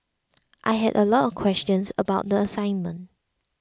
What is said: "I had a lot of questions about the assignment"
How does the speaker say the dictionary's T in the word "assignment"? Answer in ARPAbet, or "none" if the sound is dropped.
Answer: T